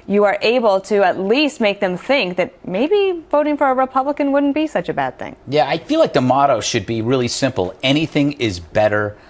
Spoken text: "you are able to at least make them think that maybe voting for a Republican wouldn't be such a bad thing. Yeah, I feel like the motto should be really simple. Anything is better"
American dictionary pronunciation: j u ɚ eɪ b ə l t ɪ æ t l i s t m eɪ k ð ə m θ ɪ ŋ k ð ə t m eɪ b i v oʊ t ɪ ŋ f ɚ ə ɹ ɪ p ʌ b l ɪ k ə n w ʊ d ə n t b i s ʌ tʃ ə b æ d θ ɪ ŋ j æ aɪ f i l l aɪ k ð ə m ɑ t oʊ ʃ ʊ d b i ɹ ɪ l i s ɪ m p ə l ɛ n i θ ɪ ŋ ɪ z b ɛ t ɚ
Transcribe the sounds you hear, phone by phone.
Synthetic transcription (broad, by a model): j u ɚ eɪ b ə l t ɪ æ t l i s t m eɪ k ð ə m θ ɪ ŋ k ð ə t m eɪ b i v oʊ t ɪ ŋ f ɚ ə ɹ ɪ p ʌ b l ɪ k ə n w ʊ d n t b i s ʌ tʃ ə b æ d θ ɪ ŋ j æ aɪ f i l l aɪ k ð ə m ɑ t oʊ ʃ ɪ d b i ɹ ɪ l i s ɪ m p l ɛ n i θ ɪ ŋ ɪ z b ɛ t ɚ